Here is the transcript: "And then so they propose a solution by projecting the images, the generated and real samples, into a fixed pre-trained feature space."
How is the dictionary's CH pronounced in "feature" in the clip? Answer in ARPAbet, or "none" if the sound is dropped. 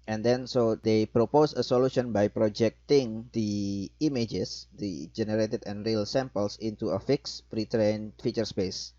CH